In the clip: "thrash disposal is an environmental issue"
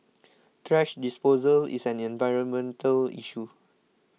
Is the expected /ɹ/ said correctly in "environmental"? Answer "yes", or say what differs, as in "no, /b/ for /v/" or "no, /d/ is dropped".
yes